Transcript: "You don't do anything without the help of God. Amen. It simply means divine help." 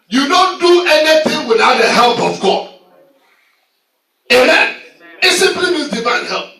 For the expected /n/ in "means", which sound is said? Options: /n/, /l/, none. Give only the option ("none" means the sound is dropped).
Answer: none